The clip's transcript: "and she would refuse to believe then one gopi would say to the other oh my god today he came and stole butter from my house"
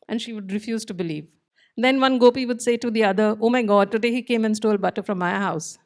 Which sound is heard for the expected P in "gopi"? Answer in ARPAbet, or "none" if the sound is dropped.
P